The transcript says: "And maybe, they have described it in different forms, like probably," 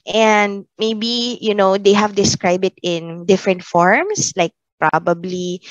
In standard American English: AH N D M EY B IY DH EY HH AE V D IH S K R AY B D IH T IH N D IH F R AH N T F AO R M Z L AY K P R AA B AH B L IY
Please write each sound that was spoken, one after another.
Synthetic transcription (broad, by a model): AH N D M EY B IY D EY HH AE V D IH S K R AY B D IH T IH N D IH F R AH N T F AO R M S L AY K P R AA B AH B L IY